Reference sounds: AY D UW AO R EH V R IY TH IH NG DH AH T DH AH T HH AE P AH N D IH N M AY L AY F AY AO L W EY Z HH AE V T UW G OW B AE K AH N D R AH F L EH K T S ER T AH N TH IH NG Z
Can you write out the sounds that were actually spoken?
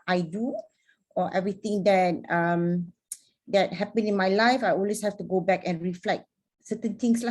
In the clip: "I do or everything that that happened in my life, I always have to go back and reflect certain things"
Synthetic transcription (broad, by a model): AY D UW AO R EH V R IY T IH NG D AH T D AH T HH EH P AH N IH N M AY L AY F AY AO L W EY S HH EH F T UW G OW B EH K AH N R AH F L EH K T S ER T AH N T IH NG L